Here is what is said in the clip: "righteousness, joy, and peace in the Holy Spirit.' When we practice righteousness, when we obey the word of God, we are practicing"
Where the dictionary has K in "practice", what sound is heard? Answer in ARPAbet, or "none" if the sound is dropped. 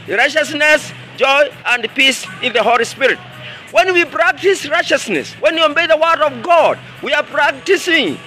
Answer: K